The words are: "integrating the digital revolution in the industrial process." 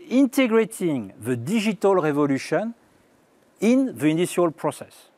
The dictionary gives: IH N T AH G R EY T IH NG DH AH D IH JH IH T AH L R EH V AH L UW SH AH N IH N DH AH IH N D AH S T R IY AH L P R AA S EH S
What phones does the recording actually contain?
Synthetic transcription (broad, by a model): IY N T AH G R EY T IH NG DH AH D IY ZH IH T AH L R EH V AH L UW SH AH N IH N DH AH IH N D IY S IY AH L P R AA S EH S